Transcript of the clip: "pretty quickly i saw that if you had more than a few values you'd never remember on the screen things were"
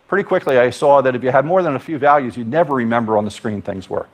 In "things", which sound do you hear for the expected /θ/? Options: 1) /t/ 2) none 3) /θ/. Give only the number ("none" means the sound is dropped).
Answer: 3